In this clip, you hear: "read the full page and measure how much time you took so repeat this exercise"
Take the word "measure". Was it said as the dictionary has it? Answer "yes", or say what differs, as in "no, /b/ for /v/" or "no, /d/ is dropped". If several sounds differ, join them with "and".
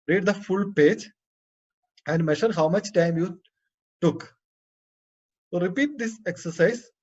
no, /ʃ/ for /ʒ/